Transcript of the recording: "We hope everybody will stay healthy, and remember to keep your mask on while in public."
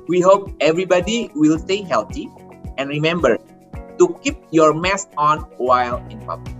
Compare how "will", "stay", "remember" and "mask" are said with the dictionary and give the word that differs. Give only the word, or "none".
mask